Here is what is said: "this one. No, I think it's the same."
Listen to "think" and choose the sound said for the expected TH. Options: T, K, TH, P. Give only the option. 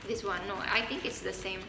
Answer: T